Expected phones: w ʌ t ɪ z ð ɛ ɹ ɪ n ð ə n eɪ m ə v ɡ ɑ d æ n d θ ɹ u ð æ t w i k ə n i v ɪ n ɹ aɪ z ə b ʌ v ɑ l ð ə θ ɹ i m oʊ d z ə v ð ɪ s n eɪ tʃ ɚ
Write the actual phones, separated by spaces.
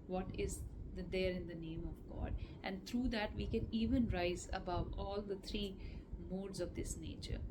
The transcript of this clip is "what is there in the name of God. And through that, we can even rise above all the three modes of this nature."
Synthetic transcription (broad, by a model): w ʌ t ɪ z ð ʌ ɹ ɪ n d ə n eɪ m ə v ɡ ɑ d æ n d t ɹ u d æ t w i k ə n i v ɪ n ɹ aɪ z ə b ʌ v ɑ l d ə t ɹ i m oʊ d z ə v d ɪ s n eɪ tʃ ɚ